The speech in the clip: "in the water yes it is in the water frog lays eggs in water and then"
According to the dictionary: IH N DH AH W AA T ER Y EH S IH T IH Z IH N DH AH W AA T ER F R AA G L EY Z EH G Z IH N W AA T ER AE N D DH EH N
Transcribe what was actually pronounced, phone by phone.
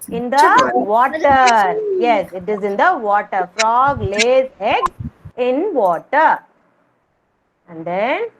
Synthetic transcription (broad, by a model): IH N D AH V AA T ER Y EH S IH T IH Z IH N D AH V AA T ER F R AA G L EY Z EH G IH N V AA T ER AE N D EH N